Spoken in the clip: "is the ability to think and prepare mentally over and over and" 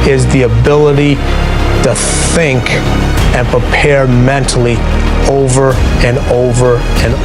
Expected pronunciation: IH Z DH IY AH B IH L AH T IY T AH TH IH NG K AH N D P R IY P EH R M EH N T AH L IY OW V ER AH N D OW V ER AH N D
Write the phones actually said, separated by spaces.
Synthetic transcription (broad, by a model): IH Z DH IY AH B IH L AH T IY T AH TH IH NG K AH N P R IY P EH R M EH N T L IY OW V ER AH N OW V ER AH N